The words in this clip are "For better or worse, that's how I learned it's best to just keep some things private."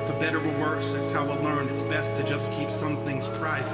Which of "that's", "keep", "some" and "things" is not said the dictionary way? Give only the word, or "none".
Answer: none